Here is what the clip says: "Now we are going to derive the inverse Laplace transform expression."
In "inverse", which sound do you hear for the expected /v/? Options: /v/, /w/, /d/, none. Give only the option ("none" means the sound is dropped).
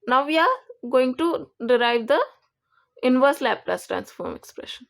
/v/